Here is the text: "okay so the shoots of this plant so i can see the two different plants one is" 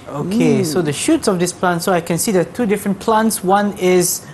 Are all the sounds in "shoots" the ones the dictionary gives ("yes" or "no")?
yes